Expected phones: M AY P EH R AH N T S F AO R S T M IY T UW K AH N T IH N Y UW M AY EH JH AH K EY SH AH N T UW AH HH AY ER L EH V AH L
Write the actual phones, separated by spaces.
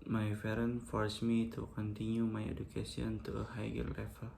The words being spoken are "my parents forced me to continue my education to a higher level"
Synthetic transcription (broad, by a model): M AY F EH R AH N F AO R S M IY T UW K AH N T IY N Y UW M AY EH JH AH K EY S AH N T UW AH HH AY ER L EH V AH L